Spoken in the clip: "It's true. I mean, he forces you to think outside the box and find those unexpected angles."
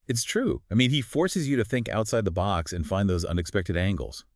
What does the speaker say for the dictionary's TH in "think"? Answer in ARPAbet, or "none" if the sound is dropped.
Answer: TH